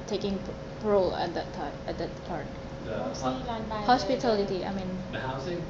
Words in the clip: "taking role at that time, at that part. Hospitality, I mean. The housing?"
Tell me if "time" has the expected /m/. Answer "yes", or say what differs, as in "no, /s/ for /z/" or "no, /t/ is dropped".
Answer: no, /m/ is dropped